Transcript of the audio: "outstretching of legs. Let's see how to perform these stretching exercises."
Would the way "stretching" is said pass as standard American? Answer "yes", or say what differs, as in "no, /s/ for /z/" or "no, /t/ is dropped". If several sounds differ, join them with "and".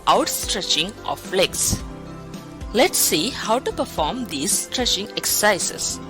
yes